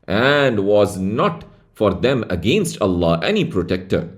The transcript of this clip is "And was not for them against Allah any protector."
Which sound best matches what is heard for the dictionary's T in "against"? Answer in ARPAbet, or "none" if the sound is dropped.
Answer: T